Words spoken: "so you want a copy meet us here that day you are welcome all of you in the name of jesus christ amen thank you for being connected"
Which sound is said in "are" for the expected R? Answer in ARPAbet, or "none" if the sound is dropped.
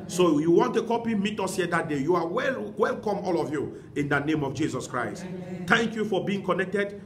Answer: W